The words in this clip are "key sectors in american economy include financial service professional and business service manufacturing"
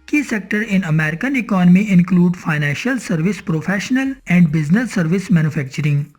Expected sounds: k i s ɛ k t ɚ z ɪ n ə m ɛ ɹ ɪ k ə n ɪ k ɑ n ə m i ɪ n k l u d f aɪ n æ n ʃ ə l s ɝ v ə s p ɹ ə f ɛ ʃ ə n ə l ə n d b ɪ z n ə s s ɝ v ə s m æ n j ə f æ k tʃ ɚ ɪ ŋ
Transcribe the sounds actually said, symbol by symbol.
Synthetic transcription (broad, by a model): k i s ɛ k t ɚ ɪ n ə m ɛ ɹ ɪ k ə n ɪ k ɑ n ə m i ɪ n k l u d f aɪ n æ n ʃ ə l s ɝ v ə s p ɹ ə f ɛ ʃ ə n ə l ə n d b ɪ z n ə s s ɝ v ə s m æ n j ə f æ k tʃ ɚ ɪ ŋ